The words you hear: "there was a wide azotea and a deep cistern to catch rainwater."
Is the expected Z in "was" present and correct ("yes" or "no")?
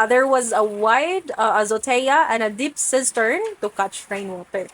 yes